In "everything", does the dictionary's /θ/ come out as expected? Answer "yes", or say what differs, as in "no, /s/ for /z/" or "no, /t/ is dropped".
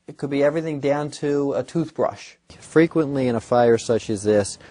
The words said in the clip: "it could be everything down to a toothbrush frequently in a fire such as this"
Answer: yes